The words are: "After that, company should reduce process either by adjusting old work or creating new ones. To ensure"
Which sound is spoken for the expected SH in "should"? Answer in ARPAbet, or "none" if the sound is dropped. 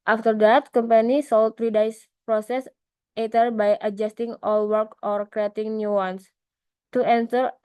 S